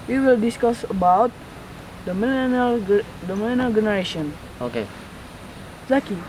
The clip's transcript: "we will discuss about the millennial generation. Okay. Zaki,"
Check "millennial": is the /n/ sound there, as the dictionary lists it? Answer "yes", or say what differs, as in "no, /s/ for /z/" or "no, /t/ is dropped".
no, /l/ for /n/